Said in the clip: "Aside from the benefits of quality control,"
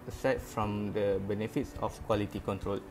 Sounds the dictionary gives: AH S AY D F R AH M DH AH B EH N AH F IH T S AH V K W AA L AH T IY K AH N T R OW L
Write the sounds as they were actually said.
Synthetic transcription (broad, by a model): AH S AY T F R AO M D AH B EH N AH F IH T S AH F K W AA L AH T IY K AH N T R OW L